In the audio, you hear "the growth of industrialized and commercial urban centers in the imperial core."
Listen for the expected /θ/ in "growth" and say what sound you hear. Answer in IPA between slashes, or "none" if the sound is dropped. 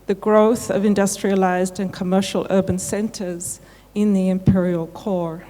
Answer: /θ/